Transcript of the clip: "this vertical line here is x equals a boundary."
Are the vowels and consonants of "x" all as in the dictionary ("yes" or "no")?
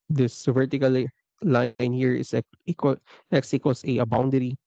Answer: no